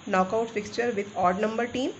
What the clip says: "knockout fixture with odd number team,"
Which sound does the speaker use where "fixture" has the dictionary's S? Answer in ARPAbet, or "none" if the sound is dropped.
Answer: S